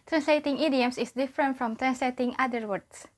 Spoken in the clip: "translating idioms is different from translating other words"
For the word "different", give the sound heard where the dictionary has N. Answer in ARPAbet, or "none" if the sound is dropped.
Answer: N